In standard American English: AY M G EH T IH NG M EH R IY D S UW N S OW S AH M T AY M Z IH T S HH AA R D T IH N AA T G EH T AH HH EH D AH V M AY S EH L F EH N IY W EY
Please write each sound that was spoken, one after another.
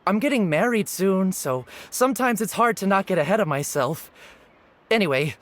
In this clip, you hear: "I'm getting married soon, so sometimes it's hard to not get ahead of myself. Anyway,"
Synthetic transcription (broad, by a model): AY M G EH T IH NG M EH R IY D S UW N S OW S AH M T AY M Z IH T S HH AA R D T IH N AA T G EH T AH HH EH D AH V M AY S EH L F EH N IY W EY